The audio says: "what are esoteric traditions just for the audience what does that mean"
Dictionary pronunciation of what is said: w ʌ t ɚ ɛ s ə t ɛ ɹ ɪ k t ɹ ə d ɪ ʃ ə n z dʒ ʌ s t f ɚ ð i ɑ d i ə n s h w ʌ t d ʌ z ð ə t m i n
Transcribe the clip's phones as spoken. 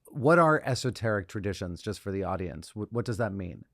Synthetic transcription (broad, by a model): w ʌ t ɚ ɛ s ə t ɛ ɹ ɪ k t ɹ ə d ɪ ʃ ə n z dʒ ʌ s t f ɚ ð i ɑ d i ə n s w w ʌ t d ʌ z ð ə t m i n